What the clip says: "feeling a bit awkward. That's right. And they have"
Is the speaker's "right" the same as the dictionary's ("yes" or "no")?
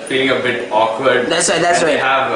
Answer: no